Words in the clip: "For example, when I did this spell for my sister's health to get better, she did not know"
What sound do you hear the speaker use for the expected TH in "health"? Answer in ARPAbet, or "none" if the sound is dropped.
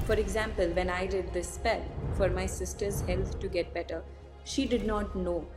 T